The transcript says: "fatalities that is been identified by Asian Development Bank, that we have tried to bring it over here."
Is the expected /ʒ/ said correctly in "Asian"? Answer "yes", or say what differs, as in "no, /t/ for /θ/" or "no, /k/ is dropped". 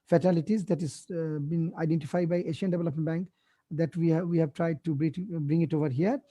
no, /ʃ/ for /ʒ/